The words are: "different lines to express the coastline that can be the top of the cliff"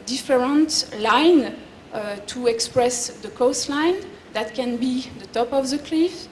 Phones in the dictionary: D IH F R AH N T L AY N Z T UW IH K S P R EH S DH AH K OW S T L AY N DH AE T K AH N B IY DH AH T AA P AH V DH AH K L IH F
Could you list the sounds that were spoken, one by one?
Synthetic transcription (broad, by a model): D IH F R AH N T L AY N T UW IH K S P R EH S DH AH K OW S T L AY N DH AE T K AH N B IY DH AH T AA P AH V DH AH K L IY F